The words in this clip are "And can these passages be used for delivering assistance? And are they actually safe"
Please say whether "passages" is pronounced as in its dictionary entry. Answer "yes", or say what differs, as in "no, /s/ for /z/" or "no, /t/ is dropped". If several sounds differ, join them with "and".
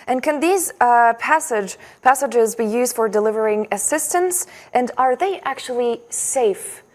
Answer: yes